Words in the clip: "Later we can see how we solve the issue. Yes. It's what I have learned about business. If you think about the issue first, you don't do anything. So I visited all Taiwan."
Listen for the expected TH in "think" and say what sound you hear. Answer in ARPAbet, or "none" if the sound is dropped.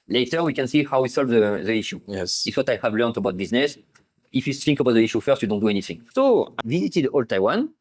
S